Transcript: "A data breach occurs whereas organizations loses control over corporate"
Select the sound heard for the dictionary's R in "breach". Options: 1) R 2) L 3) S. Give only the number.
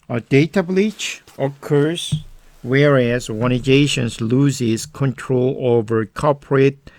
2